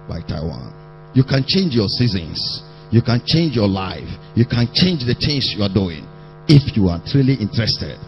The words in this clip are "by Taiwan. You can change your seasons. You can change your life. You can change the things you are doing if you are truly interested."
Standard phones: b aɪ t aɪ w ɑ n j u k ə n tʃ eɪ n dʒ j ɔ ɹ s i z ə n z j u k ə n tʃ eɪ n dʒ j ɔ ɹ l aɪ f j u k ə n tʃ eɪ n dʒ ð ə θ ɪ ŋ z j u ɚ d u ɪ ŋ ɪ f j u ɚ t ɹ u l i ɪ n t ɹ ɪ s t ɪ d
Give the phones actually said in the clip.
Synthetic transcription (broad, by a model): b aɪ t aɪ w ɑ n j u k ə n tʃ eɪ n dʒ j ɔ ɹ s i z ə n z j u k ə n tʃ eɪ n dʒ j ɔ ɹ l aɪ f j u k ə n tʃ eɪ n dʒ ð ə t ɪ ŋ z j u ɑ d u ɪ ŋ ɪ f j u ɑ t ɹ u l i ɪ n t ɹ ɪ s t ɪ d